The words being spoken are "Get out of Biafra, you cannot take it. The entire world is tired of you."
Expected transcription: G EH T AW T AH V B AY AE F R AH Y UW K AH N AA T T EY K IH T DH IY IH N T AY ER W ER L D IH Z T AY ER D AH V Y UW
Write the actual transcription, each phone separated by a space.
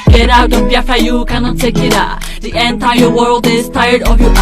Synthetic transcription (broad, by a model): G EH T AW T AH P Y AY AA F AH Y UW K AH N AA T T EY K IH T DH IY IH N T AY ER W ER L D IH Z T AY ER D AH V Y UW